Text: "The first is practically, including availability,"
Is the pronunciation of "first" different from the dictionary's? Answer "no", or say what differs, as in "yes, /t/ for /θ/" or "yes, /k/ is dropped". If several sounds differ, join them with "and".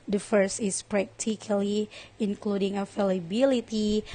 no